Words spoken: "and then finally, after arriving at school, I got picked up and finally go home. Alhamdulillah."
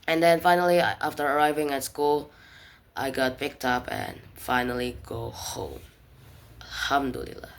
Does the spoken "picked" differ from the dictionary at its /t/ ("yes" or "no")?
no